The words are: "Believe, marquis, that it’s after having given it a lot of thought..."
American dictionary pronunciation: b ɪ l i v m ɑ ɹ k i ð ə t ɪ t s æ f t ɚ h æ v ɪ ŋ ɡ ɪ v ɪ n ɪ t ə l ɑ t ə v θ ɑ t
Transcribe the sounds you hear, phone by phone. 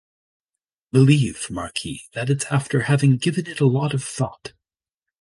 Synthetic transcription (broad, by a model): b ɪ l i v m ɑ ɹ k i ð ə t ɪ t s æ f t ɚ h æ v ɪ ŋ ɡ ɪ v ɪ n ɪ t ə l ɑ t ə v θ ɑ t